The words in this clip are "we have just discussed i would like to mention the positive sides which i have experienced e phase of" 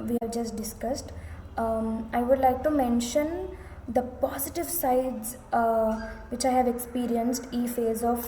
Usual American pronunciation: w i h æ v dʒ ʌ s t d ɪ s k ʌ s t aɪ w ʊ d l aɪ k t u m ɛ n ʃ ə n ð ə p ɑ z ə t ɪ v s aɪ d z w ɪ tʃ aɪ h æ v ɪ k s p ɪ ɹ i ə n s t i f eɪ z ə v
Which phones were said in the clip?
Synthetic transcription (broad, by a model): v i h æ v dʒ ʌ s t d ɪ s k ʌ s t aɪ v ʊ d l aɪ k t u m ɛ n ʃ ə n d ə p ɑ z ə t ɪ v s aɪ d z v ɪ tʃ aɪ h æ v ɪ k s p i ɹ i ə n s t i f eɪ z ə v